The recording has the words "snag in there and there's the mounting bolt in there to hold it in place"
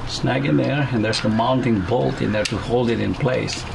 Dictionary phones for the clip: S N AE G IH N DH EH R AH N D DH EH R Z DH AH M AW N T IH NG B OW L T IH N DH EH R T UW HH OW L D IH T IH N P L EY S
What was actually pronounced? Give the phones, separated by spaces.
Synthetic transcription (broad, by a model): S N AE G IH N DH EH R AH N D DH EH R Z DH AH M AW N T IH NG B OW L T IH N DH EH R T UW HH OW L D IH T IH N P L EY S